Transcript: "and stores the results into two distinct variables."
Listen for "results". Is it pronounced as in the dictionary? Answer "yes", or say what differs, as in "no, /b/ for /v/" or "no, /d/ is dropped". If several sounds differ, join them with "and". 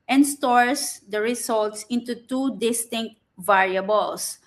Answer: no, /s/ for /z/